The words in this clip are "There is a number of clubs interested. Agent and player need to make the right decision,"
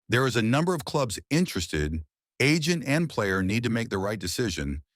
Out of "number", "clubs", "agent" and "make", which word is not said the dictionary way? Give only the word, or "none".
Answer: none